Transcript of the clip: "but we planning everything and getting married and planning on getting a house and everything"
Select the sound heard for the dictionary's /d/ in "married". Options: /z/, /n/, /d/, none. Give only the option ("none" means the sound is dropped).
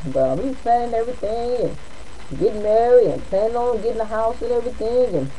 none